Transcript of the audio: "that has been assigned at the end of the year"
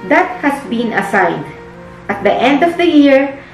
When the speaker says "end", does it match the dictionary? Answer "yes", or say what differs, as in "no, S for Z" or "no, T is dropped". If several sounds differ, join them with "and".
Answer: yes